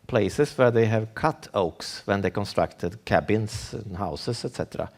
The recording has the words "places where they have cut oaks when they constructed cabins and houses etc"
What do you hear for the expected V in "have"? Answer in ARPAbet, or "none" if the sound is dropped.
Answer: V